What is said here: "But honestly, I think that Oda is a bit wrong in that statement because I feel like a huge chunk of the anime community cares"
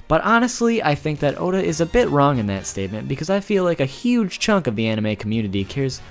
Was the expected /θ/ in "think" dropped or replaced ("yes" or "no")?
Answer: no